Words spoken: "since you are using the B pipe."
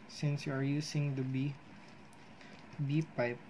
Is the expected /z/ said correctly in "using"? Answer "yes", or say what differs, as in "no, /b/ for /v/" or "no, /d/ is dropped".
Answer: no, /s/ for /z/